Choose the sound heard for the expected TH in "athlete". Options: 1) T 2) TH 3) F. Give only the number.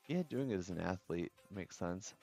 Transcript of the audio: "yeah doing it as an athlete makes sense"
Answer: 2